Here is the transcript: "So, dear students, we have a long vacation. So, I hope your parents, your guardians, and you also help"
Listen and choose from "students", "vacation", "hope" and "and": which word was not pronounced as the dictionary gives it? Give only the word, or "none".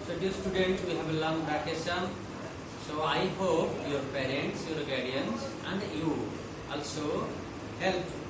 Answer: vacation